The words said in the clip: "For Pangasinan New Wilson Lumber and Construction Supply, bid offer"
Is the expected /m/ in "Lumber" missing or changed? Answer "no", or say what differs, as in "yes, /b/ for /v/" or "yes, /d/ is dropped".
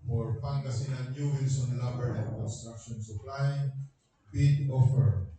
yes, /m/ is dropped